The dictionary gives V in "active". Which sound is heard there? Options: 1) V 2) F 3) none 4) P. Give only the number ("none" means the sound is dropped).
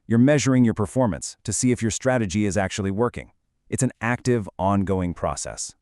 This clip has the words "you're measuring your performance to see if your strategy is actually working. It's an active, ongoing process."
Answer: 1